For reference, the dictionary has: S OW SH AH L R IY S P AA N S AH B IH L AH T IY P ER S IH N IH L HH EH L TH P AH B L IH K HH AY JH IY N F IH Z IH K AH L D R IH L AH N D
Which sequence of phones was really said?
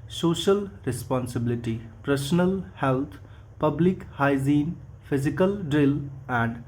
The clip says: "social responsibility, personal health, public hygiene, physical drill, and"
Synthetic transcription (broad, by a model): S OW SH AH L R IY S P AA N S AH B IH L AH T IY P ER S N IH L HH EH L T P AH B L IH K HH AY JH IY N P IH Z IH K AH L D R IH L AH N D